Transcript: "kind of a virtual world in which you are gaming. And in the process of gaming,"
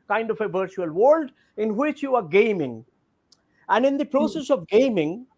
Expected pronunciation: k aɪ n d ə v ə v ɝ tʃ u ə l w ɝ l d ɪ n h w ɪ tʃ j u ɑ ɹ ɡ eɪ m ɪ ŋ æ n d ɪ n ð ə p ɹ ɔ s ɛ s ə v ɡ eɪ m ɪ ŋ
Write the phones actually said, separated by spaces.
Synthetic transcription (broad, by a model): k aɪ n d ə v ə v ɝ tʃ u ə l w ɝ l d ɪ n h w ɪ tʃ j u ɑ ɹ ɡ eɪ m ɪ ŋ æ n d ɪ n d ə p ɹ ɔ s ɛ s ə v ɡ eɪ m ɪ ŋ